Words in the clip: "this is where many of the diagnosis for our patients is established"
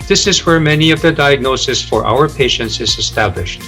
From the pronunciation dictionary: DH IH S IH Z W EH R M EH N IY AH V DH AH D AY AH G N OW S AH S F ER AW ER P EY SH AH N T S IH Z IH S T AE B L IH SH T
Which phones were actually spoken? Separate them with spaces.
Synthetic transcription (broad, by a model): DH IH S IH Z W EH R M EH N IY AH V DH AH D AY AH G N OW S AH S F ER AW ER P EY SH AH N T S IH Z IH S T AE B L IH SH T